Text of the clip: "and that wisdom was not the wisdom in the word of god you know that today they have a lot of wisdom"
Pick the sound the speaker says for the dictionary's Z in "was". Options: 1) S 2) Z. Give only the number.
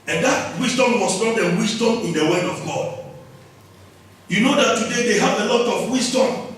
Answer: 1